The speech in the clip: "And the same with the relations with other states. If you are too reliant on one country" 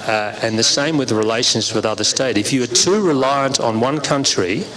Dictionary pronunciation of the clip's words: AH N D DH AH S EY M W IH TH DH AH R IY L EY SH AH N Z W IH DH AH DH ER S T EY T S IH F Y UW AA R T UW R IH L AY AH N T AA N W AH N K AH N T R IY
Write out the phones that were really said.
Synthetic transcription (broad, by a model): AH N DH AH S EY M W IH DH R IY L EY SH AH N Z W IH DH AH DH ER S T EY T IH F Y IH R T UW R IH L AY AH N T N W AH N K AH N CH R IY